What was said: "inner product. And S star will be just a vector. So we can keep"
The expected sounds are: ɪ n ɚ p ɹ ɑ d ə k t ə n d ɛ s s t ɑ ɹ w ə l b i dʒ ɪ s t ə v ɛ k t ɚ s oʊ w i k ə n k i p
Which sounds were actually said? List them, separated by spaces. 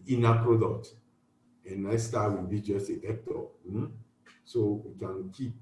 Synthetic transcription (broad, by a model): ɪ n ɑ p ɹ ɑ d ə k t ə n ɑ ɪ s s t ɑ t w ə n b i dʒ ɪ s t ə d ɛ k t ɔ s oʊ w i k ə n k i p